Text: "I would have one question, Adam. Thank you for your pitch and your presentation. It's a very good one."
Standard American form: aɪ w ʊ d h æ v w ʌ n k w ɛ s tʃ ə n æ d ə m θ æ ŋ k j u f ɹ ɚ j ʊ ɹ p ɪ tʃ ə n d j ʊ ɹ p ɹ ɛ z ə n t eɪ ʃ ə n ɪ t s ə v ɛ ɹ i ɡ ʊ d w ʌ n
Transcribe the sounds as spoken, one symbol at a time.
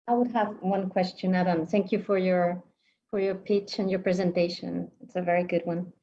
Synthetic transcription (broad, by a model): aɪ w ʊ d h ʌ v w ʌ n k w ɛ s tʃ ə n æ d ə m θ æ ŋ k j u f ɹ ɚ j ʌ ɹ p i tʃ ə n j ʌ ɹ p ɹ ɛ z ə n t eɪ ʃ ə n ɪ t s ə v ɛ ɹ i ɡ ʊ d w ʌ n